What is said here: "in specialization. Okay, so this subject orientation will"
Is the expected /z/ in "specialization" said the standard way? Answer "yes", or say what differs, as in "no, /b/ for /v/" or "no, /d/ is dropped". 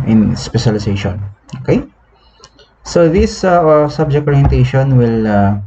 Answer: no, /s/ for /z/